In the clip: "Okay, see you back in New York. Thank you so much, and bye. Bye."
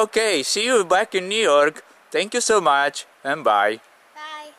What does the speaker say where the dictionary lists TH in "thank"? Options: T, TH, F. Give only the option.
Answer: T